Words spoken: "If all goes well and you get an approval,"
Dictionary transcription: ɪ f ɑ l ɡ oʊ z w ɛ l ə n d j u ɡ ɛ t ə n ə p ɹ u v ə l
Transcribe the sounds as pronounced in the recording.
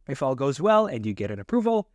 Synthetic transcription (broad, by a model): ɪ f ɑ l ɡ oʊ z w ɛ l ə n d j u ɡ ɛ t ə n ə p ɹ u v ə l